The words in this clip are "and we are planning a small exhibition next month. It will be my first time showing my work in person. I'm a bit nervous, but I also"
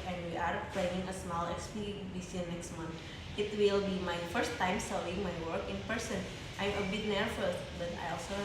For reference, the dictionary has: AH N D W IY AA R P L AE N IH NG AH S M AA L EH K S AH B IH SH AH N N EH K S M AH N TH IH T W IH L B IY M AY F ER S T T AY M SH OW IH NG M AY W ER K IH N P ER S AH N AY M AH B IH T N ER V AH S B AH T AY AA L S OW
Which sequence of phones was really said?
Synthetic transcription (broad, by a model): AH N D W IY AA R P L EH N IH NG AH S M AA L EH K S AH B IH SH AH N N EH K S M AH N T IH T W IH L B IY M AY F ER S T T AY M S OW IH NG M AY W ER K IH N P ER S AH N AY M AH B IH T N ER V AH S B AH T AY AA L S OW